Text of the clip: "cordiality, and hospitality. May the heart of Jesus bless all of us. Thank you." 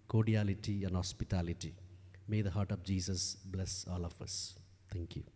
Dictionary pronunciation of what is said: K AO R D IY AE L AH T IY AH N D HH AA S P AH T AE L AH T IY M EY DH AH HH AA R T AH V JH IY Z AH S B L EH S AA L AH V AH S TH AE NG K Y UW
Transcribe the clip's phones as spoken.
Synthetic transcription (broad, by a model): K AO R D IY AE L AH T IY AH N D HH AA S P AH T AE L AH T IY M EY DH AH HH AA R T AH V JH IY S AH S B L EH S AA L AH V AH S T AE NG K Y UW